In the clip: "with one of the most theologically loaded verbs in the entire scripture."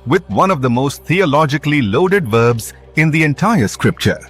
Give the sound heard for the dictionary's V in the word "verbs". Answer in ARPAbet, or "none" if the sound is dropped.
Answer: V